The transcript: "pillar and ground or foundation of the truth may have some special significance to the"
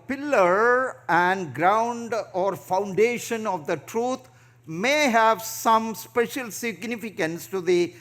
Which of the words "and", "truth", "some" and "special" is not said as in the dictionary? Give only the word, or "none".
truth